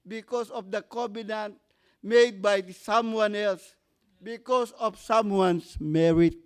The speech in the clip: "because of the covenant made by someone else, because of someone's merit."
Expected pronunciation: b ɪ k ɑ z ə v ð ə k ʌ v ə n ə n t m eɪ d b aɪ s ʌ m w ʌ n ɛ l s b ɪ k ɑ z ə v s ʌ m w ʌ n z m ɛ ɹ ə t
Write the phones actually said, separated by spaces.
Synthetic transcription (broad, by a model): b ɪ k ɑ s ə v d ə k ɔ b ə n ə n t m eɪ d b aɪ s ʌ m w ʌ n ɛ l s b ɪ k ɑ s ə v s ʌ m w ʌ n s m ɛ ɹ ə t